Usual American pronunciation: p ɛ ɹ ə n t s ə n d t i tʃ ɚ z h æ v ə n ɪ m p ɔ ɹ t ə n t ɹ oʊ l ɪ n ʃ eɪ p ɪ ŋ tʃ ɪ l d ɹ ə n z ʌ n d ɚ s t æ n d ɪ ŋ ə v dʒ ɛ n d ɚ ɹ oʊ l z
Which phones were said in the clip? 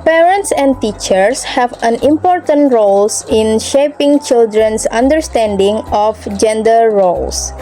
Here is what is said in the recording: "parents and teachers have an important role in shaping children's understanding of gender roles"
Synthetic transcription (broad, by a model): p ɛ ɹ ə n t s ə n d t i tʃ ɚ s h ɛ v ə n ɪ m p ɔ ɹ t ə n t ɹ oʊ l ɪ n ʃ eɪ p ɪ ŋ tʃ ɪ l d ɹ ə n s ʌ n d ɚ s t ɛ n d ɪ ŋ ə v dʒ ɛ n d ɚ ɹ oʊ l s